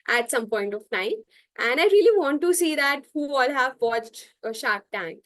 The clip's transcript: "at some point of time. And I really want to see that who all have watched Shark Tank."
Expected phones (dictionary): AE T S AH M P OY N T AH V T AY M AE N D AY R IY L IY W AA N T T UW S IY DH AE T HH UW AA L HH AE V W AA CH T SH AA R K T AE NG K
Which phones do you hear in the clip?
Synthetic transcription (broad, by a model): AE T S AH M P OY N T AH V T AY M AE N D AY R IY L IY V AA N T T UW S IY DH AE T HH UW AA L HH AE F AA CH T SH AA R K T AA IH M